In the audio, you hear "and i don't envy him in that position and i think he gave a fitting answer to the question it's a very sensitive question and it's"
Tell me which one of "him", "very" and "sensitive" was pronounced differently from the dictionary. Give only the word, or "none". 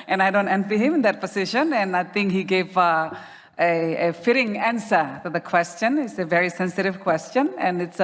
none